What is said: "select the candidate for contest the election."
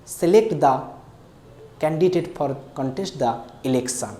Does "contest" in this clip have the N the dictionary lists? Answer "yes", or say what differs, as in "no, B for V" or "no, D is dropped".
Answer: yes